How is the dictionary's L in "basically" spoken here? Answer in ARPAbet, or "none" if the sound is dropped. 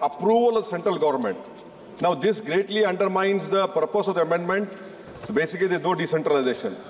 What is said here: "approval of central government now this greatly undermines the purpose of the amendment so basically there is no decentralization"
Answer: none